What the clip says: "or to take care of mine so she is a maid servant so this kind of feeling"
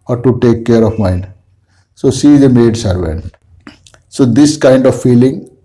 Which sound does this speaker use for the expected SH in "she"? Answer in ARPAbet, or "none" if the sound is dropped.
S